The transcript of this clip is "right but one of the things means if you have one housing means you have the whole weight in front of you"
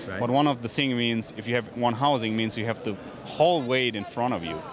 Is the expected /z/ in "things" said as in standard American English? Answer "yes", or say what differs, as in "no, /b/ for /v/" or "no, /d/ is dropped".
no, /z/ is dropped